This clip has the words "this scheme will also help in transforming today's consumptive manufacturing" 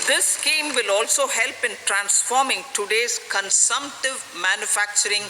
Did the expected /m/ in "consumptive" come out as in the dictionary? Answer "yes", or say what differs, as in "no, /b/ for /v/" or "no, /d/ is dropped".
yes